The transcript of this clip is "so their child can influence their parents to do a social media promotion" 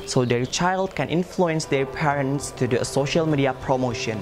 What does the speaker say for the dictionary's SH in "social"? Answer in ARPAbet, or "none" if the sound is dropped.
SH